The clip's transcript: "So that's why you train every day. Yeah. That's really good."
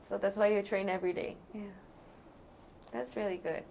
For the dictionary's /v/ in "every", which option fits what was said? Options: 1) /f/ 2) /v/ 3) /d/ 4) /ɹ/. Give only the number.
2